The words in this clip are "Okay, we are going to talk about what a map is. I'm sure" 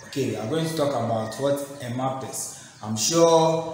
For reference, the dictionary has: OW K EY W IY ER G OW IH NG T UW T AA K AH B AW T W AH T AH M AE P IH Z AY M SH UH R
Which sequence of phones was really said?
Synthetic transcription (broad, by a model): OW K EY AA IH G OW IH NG T UW T AA K AH B AW T W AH T AH M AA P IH S AY M SH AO